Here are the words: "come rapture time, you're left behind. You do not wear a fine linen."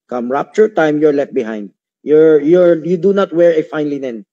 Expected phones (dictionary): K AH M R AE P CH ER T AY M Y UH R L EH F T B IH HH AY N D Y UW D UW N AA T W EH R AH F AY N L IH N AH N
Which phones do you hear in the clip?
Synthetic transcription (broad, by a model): K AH M R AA P CH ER T AY M Y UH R L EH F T B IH HH AY N D Y UW D UW N AA T W EH R AH F AY N L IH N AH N